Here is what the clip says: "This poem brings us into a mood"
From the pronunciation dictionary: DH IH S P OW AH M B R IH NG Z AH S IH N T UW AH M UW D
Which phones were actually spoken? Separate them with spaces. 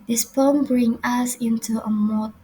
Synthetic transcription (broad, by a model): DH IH S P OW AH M B R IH NG AH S IH N T UW AH M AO